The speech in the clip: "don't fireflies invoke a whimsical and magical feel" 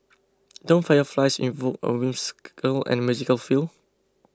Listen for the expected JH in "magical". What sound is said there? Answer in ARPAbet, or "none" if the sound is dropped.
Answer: Z